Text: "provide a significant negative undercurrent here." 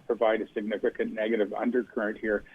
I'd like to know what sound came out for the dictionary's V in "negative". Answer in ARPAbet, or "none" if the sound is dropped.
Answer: V